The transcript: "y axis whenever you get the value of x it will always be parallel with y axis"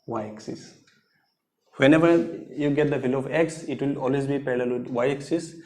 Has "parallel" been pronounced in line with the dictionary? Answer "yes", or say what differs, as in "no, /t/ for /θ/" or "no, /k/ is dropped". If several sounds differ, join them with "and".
no, /l/ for /ɹ/